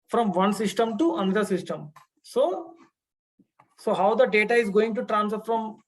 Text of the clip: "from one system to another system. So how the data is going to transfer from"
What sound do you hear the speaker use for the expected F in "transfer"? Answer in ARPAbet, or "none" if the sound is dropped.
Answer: none